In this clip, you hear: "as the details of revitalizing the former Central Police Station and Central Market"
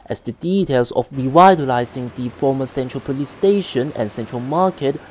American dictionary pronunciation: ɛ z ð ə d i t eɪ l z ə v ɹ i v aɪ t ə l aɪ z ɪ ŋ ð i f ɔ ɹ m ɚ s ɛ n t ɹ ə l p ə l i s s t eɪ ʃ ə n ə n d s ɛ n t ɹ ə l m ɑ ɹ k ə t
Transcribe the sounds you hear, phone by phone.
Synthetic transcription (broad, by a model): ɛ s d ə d i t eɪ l s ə f ɹ i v aɪ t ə l aɪ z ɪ ŋ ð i f ɔ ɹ m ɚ s ɛ n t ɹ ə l p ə l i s s t eɪ ʃ ə n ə n s ɛ n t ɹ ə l m ɑ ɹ k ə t